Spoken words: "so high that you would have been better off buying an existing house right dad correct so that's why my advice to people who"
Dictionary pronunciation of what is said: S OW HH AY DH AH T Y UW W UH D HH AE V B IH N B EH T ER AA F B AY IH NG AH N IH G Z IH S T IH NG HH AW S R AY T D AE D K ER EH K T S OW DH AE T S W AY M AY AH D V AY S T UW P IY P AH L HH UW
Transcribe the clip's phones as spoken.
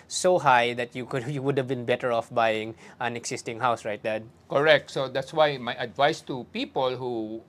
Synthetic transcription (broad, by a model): S OW HH AY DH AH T Y UW W UH D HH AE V B IH N B EH T ER AA F B AY IH NG AH N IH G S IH S T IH NG HH AW S R AY T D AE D K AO EH K T S OW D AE T S W AY M AY AH D V AY S T UW P IY P AH L HH UW